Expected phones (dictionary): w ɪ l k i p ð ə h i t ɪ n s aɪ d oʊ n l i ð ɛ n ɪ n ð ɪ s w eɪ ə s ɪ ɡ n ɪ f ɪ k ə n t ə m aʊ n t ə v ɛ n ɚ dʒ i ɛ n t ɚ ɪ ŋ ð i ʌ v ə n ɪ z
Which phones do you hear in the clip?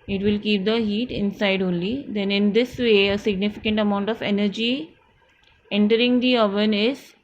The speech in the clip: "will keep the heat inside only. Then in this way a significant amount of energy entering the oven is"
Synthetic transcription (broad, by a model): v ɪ l k i p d ə h i t ɪ n s aɪ d oʊ n l i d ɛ n ɪ n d ɪ s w eɪ ə s ɪ ɡ n ɪ f ɪ k ə n t ə m aʊ n t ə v ɛ n ɚ dʒ i ɛ n t ɚ ɪ ŋ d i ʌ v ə n ɪ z